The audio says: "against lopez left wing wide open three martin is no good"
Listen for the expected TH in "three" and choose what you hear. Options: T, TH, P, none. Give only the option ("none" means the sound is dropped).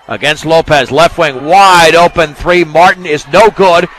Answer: TH